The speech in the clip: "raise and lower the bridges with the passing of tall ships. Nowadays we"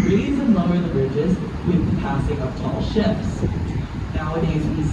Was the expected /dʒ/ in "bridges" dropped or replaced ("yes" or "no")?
no